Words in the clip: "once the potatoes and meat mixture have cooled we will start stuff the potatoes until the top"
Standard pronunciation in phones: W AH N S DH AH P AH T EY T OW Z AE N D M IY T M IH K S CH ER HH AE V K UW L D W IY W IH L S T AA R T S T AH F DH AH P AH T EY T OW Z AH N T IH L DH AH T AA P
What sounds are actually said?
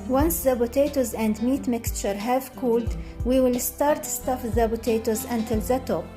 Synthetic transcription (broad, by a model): W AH N S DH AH B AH T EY T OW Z AE N D M IY T M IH K S CH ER HH AE V K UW L D W IY W IH L S T AA R T S T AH F DH AH B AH T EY T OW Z AH N T IH L DH AH T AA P